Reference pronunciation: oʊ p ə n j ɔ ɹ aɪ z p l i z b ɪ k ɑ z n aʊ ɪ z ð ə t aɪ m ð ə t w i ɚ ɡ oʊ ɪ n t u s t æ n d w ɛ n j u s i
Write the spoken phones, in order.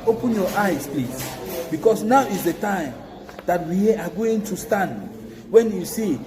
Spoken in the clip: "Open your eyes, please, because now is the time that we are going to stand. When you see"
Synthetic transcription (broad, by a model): oʊ p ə n j ɔ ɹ aɪ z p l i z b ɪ k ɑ s n aʊ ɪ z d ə t aɪ m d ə t w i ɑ ɡ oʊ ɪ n t u s t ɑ n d w ɛ n j u s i